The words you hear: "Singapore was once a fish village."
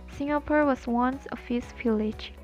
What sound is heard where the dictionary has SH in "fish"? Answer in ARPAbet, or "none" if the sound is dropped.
S